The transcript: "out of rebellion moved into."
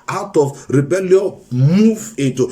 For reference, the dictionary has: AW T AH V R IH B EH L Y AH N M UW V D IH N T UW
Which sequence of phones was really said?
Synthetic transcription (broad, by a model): AW T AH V R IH B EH L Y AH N M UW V IH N T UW